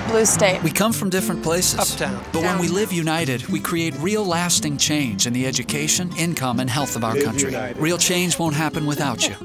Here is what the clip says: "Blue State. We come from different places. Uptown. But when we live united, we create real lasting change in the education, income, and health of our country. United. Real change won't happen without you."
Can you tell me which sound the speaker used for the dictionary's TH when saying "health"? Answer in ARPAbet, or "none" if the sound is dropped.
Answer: TH